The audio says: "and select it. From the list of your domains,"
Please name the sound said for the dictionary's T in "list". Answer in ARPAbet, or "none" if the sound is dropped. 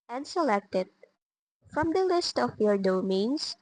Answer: T